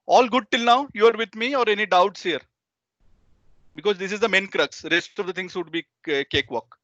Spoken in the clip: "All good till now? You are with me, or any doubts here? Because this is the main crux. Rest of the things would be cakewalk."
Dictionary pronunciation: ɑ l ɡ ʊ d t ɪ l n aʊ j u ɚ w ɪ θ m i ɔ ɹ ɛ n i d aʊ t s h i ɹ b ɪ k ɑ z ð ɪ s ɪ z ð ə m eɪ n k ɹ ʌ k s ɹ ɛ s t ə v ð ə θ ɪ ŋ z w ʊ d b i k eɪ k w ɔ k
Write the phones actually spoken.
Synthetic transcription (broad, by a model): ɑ l ɡ ʊ d t ɪ l n aʊ j u ɚ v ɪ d m i ɔ ɹ ɛ n i d aʊ t s h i ɹ b ɪ k ɑ z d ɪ s ɪ z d ə m eɪ n k ɹ ʌ k s ɹ ɛ s t ə v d ə t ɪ ŋ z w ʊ d b i k eɪ k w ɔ k